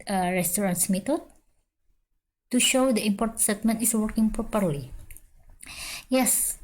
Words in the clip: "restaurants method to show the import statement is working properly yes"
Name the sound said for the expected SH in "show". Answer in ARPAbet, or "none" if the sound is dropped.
SH